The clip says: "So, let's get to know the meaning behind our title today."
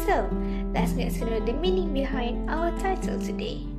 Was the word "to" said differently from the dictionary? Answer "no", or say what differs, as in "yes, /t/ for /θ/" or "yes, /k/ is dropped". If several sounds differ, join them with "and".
yes, /s/ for /t/